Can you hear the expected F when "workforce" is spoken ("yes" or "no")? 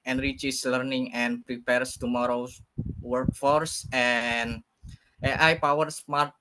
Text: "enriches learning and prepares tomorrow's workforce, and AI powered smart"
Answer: yes